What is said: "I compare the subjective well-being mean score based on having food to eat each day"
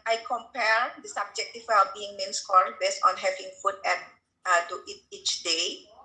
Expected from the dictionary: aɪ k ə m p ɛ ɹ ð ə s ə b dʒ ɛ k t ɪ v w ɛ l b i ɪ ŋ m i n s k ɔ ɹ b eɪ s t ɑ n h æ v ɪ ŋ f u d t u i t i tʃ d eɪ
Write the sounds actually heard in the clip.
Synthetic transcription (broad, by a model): aɪ k ə m p ɛ ɹ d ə s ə b dʒ ɛ k t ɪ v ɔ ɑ b i ɪ ŋ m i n s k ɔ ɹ b eɪ s t ɑ n h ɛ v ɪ ŋ f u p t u i t i tʃ d eɪ